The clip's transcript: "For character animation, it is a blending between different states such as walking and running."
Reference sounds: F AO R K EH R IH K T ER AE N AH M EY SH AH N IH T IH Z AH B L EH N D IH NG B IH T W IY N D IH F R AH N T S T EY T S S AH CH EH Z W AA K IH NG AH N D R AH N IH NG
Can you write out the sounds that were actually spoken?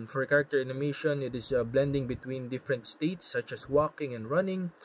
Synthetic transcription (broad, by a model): F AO R K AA R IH K T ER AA N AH M EY SH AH N IH T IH S AH B L EH N D IH NG B IH T W IY N D IH F R AH N T S T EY T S S AH CH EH S W AA K IH NG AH N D R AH N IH NG